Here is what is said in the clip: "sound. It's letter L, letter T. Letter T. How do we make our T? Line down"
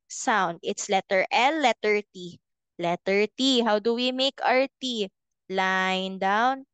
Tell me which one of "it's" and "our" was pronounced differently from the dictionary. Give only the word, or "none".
none